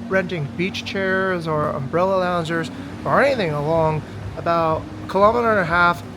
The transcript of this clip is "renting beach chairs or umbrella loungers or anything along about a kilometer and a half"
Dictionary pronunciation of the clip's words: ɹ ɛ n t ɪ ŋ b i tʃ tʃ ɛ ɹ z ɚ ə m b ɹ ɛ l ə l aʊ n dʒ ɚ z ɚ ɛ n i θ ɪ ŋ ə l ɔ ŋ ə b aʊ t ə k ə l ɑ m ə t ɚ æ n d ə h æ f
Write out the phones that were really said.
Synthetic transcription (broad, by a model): ɹ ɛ n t ɪ ŋ b i tʃ tʃ ɛ ɹ z ɚ ə m b ɹ ɛ l ə l aʊ n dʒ ɚ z ɚ ɛ n i θ ɪ ŋ ə l ɔ ŋ ə b aʊ t k ə l ɑ m ə t ɚ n ə h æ f